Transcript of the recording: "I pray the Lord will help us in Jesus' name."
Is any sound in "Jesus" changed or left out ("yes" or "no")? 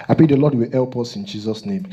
no